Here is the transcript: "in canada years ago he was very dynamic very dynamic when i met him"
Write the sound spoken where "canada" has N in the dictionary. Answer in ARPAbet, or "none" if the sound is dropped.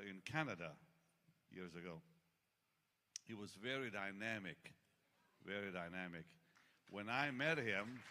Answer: N